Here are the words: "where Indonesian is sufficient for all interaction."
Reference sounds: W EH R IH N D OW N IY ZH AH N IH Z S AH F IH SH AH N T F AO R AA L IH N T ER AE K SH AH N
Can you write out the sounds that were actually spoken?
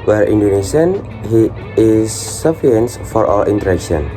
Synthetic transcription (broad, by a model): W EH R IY N D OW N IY SH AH N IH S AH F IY AH N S F AO R AA L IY N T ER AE K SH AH N